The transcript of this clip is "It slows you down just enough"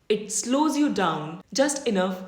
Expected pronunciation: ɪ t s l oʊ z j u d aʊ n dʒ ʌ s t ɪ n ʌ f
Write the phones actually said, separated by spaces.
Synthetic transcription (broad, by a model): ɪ t s l oʊ z j u d aʊ n dʒ ʌ s t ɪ n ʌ f